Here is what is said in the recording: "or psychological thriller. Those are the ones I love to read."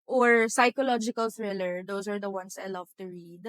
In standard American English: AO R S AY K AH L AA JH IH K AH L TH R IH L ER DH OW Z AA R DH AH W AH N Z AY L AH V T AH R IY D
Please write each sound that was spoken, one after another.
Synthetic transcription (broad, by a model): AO R S AY K AH L AA JH IH K AH L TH R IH L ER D OW S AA R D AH W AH N S AY L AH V T AH R IY D